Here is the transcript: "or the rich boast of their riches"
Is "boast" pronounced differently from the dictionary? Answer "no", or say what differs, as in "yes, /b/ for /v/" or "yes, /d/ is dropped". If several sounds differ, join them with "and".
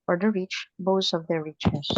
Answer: yes, /t/ is dropped